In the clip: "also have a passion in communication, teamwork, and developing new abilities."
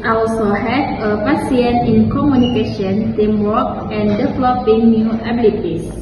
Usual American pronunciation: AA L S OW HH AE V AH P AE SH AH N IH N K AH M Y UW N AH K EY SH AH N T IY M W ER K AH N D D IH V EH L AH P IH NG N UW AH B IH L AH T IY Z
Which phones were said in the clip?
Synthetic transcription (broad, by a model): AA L S OW HH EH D AH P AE S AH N IH N K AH M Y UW N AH K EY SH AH N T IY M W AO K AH N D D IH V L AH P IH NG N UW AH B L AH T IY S